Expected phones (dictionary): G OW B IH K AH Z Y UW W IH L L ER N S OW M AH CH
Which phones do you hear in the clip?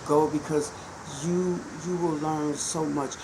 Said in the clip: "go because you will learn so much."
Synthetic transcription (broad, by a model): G OW B IH K AH Z Y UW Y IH W L ER N S OW M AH CH